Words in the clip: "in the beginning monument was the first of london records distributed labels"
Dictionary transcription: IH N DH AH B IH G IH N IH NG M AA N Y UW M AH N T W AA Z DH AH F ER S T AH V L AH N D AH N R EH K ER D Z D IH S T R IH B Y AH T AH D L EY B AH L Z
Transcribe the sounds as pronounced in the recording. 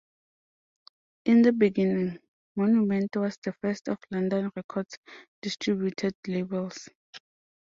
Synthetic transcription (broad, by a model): IH N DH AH B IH G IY N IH NG M AA N Y UW M AH N T W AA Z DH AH F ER S T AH F L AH N D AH N R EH K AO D S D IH S T R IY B Y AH T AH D L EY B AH L S